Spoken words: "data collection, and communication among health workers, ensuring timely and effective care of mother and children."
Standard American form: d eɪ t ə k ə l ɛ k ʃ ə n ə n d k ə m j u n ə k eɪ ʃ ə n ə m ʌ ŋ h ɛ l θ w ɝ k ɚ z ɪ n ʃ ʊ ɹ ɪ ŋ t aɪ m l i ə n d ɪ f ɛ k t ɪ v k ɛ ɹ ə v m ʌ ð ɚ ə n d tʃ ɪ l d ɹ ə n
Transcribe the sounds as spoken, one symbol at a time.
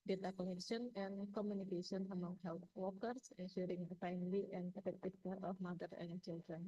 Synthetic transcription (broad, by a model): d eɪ t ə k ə n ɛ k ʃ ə n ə n k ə m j u n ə k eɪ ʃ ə n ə m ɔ ŋ h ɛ l t w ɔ k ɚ s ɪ n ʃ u ɹ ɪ ŋ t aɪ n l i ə n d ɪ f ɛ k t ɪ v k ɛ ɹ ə f m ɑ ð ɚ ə n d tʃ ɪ l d ɹ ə n